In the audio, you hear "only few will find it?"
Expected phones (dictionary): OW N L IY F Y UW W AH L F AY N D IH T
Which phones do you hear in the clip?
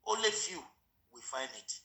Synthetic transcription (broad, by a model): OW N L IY F Y UW W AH F AY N IH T